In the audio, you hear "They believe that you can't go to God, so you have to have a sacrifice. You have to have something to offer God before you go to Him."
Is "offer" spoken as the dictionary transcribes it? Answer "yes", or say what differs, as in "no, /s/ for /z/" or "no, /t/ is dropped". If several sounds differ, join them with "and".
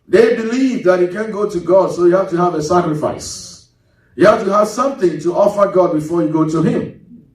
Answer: yes